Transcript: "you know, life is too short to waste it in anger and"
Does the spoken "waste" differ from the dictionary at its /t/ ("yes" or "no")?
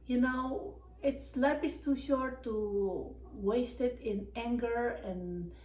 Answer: no